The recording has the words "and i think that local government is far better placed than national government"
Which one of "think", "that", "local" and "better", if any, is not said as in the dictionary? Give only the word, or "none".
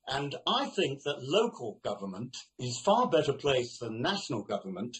none